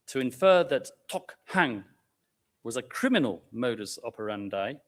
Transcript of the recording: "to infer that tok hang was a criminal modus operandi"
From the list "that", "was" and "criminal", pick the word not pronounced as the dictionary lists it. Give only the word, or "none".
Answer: none